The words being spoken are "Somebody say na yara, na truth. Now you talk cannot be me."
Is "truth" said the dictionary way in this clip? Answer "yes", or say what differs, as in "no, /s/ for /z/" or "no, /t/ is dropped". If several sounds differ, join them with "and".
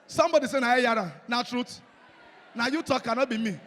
no, /t/ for /θ/